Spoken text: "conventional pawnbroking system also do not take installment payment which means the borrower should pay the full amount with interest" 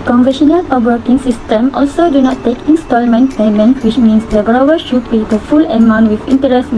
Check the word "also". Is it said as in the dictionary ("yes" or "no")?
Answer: yes